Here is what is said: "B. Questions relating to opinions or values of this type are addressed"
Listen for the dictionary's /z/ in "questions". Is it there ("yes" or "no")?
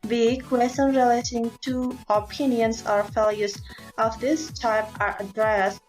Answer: no